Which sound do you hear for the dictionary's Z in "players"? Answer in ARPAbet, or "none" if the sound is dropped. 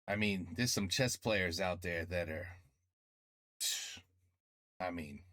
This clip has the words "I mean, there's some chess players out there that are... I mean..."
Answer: Z